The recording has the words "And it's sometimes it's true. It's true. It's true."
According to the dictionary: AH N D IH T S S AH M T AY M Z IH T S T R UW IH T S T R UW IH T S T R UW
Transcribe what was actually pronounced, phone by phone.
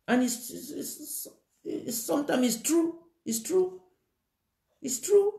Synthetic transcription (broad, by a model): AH N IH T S S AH M T AY M IH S T R UW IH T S T R UW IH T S T R UW